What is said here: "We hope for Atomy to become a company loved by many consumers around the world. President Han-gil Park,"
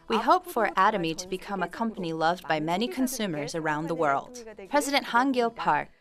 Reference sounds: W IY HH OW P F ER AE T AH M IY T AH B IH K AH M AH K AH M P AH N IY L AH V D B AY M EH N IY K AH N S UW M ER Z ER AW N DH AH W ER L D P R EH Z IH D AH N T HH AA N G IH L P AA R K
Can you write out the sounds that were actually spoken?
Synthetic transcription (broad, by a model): W IY HH OW P F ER AE T AH M IY T AH B IH K AH M AH K AH M P AH N IY L AH V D B AY M EH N IY K AH N S UW M ER Z ER AW N DH AH W ER L D P R EH Z IH D AH N T HH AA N G IH L P AA R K